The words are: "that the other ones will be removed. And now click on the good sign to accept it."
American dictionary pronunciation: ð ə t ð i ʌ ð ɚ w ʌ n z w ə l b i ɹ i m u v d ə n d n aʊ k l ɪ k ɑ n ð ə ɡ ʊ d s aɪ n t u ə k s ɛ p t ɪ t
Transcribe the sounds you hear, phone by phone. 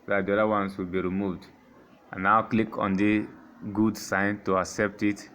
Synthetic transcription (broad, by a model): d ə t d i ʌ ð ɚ w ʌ n s w ə l b i ɹ i m u v d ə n n aʊ k l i k ɑ n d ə ɡ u d s aɪ n t u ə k s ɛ p t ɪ t